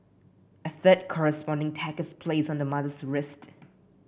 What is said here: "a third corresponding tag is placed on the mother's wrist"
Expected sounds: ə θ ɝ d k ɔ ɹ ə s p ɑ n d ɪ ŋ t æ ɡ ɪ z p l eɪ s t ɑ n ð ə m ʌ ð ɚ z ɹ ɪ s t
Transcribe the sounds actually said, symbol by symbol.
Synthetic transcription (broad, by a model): ə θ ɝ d k ɔ ɹ ə s p ɑ n d ɪ ŋ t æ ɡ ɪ s p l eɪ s ɑ n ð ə m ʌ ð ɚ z ɹ ɪ s t